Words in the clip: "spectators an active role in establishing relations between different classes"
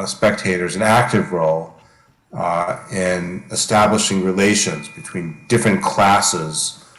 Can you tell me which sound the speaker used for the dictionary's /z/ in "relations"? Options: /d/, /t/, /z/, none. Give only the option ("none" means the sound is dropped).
/z/